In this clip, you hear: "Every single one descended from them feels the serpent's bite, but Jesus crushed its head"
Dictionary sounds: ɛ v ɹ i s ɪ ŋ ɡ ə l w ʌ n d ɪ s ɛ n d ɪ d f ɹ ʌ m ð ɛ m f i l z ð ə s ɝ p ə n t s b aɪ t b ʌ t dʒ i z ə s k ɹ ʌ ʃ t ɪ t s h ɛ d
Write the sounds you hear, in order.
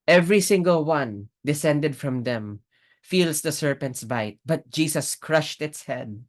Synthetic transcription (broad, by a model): ɛ v ɹ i s ɪ ŋ ɡ ə l w ʌ n d ɪ s ɛ n d ɪ d f ɹ ʌ m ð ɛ m f i l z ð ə s ɝ p ə n t s b aɪ t b ʌ t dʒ i s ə s k ɹ ʌ ʃ t ɪ t s h ɛ d